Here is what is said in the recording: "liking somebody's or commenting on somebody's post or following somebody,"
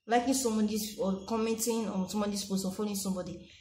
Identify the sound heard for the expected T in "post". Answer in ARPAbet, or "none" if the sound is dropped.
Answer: none